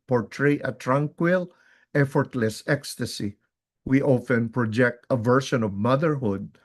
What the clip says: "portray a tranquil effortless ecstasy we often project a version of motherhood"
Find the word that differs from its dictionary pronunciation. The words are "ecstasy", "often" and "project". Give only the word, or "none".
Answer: none